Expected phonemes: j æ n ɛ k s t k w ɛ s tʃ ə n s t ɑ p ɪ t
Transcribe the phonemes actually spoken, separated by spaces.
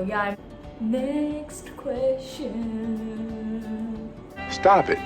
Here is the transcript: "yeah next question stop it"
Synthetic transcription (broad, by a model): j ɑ n ɛ k s t k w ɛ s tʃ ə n s t ɑ p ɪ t